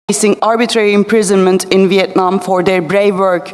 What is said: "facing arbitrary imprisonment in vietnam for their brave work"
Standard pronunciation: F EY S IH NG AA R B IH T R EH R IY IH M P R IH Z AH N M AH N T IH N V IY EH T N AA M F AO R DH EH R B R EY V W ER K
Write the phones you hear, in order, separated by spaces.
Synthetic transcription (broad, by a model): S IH NG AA R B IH T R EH R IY IH M P R IH Z AH N M AH N T IH N V IY EH T N AA M F AO R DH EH R B R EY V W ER K